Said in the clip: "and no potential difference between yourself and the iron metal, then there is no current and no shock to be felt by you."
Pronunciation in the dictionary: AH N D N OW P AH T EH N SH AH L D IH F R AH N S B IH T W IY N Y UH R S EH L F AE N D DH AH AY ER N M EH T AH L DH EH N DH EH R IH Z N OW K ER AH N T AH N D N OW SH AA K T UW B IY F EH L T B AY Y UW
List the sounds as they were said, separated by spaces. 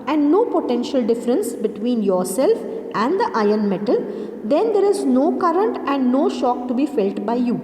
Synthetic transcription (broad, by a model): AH N D N OW P AH T EH N SH AH L D IH F R AH N S B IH T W IY N Y UH R S EH L F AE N D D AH AY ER N M EH T AH L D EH N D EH R IH Z N OW K ER AH N T AH N D N OW SH AA K T UW B IY F EH L T B AY Y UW